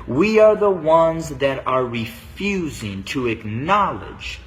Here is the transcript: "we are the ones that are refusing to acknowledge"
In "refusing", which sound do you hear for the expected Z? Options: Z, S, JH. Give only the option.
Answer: Z